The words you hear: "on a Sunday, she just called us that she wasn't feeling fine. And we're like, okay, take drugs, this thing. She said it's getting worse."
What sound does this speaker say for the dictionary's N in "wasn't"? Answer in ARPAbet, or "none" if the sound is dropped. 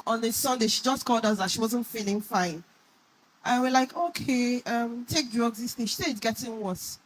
N